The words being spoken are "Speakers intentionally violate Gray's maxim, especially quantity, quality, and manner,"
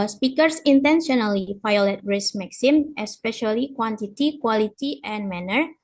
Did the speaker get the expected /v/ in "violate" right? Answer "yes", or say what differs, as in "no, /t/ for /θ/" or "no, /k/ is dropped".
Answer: no, /f/ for /v/